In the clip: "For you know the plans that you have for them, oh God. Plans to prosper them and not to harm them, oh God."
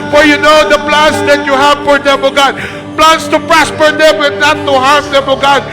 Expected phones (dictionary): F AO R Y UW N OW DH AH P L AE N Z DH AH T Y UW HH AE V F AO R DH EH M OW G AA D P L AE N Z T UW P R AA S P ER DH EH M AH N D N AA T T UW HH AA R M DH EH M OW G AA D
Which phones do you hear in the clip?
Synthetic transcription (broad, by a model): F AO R Y UW N OW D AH P L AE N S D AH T Y UW HH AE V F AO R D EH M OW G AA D P L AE N S T UW P R AA S P ER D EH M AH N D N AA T T UW HH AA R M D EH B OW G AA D